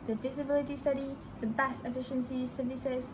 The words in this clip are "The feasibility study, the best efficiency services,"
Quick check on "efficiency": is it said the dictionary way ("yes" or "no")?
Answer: yes